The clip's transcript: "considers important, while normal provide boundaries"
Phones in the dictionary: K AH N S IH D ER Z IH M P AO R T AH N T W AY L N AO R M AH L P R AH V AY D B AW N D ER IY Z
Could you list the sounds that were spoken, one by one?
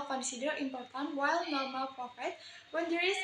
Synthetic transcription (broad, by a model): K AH N S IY D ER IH M P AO R T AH N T W AY L N AO R M AH L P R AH F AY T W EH N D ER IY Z